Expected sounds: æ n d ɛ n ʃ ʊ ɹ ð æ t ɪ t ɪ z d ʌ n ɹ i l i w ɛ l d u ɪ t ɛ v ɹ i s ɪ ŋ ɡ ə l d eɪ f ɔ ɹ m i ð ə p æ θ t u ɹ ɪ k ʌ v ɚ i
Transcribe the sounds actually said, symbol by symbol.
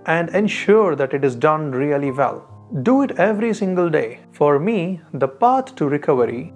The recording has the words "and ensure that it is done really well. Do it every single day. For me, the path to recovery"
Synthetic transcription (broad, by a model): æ n d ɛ n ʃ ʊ ɹ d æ t ɪ t ɪ z d ʌ n ɹ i l i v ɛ l d u ɪ t ɛ v ɹ i s ɪ ŋ ɡ ə l d eɪ f ɔ ɹ m i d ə p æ t t u ɹ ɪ k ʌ v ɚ i